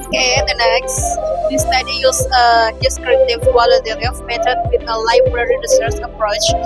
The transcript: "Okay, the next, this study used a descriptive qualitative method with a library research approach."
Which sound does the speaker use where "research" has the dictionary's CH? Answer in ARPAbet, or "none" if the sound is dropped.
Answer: S